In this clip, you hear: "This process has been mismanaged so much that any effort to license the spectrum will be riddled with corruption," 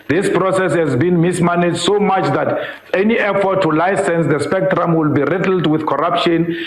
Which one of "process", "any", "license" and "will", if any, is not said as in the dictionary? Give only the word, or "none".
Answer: none